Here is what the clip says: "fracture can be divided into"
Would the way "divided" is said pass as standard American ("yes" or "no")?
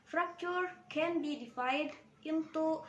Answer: no